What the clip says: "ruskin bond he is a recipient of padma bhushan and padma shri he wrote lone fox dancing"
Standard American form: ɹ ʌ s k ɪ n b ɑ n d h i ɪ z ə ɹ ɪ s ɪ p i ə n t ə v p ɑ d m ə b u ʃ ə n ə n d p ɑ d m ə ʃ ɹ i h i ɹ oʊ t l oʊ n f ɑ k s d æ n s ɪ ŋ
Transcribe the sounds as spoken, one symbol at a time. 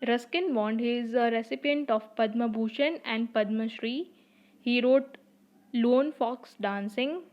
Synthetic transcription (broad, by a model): ɹ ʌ s k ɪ n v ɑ n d h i ɪ z ə ɹ ɪ s ɪ p i ə n t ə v p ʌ d m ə b u ʃ ə n ə n d p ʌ d m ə ʃ ɹ i h i ɹ oʊ t l oʊ n f ɑ k s d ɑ n s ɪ ŋ